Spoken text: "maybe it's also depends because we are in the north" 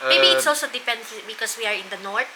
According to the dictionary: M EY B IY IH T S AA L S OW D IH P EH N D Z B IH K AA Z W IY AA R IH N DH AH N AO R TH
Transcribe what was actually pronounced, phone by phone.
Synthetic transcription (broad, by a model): M EY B IY IH T S AA L S OW D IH P EH N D S B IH K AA S W IY AA R IH N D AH N AO R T